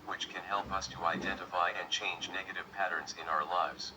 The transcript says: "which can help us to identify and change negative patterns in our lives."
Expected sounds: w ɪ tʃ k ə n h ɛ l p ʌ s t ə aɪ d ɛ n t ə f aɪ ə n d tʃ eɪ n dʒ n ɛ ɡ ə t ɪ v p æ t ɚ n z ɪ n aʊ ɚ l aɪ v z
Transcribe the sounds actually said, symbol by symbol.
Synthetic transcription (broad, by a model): w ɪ tʃ k ə n h ɛ l p ʌ s t ə aɪ d ɛ n t ə f aɪ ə n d tʃ eɪ n dʒ n ɛ ɡ ə t ɪ v p æ t ɚ n z ɪ n aʊ ɚ l aɪ v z